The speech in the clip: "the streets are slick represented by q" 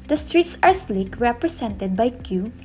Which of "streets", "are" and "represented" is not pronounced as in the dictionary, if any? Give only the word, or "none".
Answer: represented